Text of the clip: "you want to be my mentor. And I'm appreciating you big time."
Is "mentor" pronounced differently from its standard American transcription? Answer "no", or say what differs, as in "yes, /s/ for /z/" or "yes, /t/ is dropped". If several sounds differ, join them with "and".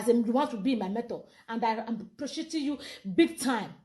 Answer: yes, /n/ is dropped and /l/ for /ɹ/